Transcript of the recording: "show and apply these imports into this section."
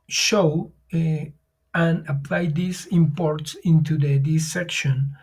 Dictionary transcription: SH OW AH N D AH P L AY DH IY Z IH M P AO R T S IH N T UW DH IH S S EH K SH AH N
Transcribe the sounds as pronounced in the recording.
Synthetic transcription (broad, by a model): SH OW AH N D AH P L AY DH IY S IH M P AO R T S IH N T UW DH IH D S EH K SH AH N